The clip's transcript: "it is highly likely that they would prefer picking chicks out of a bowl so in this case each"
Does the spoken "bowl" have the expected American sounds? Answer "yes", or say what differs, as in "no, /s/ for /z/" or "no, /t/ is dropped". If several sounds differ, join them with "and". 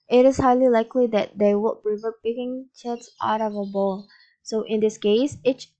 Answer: yes